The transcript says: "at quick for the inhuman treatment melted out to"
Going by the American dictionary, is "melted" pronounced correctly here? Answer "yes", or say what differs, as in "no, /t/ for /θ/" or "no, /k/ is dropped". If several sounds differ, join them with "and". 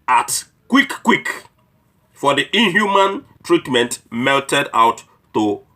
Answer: yes